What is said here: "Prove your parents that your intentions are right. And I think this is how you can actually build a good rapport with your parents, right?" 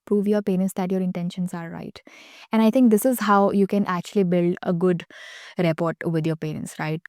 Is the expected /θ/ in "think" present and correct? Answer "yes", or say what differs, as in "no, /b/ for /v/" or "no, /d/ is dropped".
no, /t/ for /θ/